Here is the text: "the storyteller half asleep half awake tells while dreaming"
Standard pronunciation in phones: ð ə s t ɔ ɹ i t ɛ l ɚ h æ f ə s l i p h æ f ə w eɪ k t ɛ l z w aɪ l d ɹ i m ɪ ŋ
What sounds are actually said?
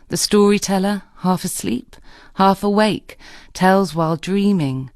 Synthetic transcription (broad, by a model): ð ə s t ɔ ɹ i t ɛ l ɚ h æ f ə s l i p h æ f ə w eɪ k t ɛ l z w aɪ l d ɹ i m ɪ ŋ